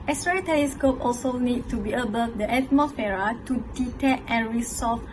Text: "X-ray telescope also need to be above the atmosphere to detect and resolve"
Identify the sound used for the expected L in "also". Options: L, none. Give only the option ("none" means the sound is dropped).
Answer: L